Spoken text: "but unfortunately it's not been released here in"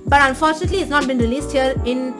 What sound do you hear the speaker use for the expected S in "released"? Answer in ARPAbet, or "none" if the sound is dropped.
S